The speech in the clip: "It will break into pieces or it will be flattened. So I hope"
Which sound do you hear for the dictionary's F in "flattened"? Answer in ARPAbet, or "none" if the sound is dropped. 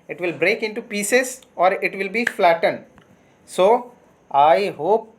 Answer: F